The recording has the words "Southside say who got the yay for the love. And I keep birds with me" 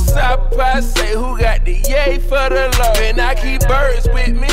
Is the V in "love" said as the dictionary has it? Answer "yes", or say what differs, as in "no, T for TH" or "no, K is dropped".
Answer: no, V is dropped